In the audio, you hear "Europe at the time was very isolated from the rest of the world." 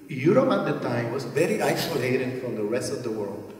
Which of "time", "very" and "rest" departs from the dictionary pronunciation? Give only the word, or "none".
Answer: none